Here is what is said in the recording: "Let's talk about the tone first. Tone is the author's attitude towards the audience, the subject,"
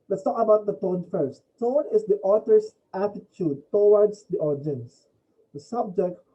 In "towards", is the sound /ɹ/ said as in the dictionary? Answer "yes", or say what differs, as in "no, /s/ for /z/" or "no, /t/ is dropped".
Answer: no, /w/ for /ɹ/